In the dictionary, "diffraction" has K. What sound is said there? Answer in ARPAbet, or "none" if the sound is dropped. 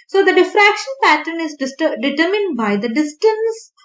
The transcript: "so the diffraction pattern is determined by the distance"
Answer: K